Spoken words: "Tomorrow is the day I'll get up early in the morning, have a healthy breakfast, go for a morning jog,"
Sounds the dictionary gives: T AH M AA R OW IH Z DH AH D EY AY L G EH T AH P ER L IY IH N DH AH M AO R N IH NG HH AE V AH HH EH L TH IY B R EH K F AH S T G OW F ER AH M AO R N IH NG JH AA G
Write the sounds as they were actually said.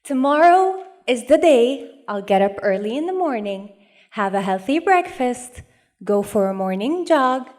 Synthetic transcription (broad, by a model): T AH M AA R OW IH Z DH AH D EY AY L G EH T AH P ER L IY IH N DH AH M AO R N IH NG HH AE V AH HH EH L TH IY B R EH K F AH S T G OW F ER AH M AO R N IH NG JH AA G